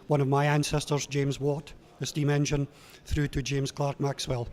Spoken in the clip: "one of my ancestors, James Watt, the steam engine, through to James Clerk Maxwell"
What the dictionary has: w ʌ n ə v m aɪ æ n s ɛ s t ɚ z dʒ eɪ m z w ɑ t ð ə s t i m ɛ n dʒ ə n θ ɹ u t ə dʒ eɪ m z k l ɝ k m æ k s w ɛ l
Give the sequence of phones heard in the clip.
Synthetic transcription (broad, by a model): w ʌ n ə v m aɪ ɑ n s ɛ s t ɚ z dʒ eɪ m z w ɑ t ð ə s t i m ɛ n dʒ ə n θ ɹ u t ə dʒ eɪ m z k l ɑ k m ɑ k s w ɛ l